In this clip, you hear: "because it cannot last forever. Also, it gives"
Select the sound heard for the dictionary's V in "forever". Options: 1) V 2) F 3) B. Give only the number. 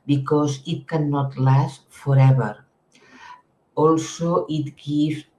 3